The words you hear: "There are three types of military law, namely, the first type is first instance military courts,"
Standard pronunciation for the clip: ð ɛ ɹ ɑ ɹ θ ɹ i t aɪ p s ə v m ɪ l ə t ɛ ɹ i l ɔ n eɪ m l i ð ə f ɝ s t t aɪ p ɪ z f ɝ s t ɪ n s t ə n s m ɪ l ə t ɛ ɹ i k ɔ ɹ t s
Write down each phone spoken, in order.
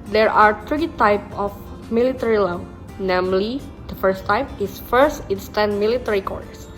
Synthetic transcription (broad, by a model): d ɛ ɹ ɑ ɹ t ɹ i t aɪ p ə f m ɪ l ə t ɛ ɹ i l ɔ n eɪ m l i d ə f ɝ s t t aɪ p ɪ s f ɝ s t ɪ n s t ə n m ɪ l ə t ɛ ɹ i k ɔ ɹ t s